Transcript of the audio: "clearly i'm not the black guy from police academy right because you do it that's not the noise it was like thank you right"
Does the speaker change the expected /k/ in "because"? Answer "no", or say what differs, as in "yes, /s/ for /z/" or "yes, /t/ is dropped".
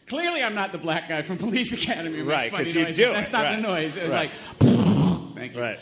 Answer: yes, /k/ is dropped